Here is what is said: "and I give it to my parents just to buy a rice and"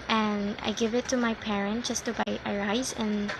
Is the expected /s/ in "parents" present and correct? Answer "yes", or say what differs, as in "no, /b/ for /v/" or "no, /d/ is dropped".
no, /s/ is dropped